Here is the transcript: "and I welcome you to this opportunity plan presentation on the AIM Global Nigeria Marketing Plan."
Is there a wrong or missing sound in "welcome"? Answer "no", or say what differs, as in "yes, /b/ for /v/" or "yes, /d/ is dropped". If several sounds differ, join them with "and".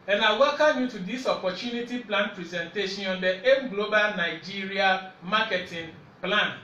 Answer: yes, /l/ is dropped